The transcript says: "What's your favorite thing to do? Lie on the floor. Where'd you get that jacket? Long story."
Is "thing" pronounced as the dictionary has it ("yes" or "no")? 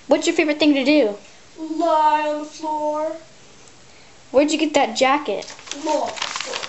yes